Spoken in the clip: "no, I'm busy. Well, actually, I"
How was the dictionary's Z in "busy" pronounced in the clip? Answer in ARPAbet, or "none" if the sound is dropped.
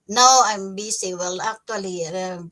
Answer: S